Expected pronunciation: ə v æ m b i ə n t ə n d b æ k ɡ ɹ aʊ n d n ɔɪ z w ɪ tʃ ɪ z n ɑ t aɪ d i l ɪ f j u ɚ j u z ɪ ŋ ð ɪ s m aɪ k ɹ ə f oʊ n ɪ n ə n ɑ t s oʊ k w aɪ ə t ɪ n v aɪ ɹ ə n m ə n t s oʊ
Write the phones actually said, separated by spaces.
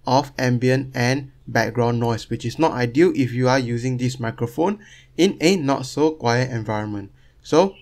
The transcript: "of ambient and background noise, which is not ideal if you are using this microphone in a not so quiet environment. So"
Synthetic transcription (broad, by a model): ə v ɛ m b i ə n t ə n b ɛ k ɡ ɹ aʊ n n ɔɪ s w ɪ tʃ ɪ s n ɑ t aɪ d i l ɪ f j u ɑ j u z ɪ ŋ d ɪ s m aɪ k ɹ ə f oʊ n ɪ n ə n ɑ t s oʊ k w aɪ ə t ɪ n v aɪ ɹ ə n m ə n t s oʊ